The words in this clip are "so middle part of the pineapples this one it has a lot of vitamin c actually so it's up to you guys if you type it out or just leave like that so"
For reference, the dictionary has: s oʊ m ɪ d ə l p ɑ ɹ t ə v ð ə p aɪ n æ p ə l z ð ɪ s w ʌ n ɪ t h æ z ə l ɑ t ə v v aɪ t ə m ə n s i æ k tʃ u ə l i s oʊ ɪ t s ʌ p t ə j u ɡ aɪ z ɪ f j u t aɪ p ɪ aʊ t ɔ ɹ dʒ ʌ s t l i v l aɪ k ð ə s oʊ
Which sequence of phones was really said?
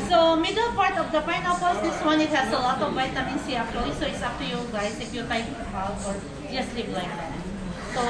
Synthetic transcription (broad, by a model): s oʊ m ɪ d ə l p ɑ ɹ t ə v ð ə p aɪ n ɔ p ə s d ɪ s w ʌ n ɪ t h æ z ə l ɑ t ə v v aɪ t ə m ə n s i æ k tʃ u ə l i s oʊ ɪ t s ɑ f t ə j u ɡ aɪ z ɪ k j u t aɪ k ɪ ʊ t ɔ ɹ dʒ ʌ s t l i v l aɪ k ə s oʊ